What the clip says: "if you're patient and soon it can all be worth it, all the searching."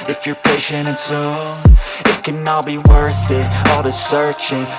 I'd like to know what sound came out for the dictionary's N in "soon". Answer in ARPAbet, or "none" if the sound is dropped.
none